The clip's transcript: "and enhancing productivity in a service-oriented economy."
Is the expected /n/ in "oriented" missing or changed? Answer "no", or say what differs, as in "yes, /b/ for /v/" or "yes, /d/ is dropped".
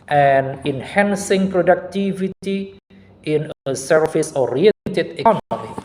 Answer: yes, /n/ is dropped